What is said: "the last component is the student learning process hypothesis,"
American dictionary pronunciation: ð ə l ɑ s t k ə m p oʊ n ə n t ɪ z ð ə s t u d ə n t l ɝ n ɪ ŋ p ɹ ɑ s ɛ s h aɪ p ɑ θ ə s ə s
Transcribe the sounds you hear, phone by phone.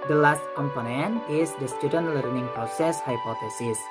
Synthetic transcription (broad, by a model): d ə l ɑ s t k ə m p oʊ n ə n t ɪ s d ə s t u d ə n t l ɝ n ɪ ŋ p ɹ ɑ s ɛ s h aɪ p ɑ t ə s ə s